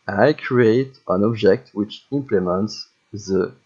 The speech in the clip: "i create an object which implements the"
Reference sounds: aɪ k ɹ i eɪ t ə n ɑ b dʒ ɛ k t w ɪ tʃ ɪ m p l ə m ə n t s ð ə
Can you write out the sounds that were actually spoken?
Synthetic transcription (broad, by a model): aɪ k ɹ i eɪ t ə n ɑ b dʒ ɛ k t w ɪ tʃ ɪ m p l ə m ə n t s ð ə